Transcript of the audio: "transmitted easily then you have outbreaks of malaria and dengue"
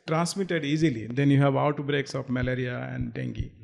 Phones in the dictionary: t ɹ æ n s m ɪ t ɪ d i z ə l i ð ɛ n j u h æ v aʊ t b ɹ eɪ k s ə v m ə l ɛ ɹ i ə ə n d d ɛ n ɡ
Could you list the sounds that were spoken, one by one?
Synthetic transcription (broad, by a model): t ɹ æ n s m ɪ t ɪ d i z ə l i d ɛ n j u h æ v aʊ t b ɹ eɪ k s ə p m ə l ɛ ɹ i ə ə n d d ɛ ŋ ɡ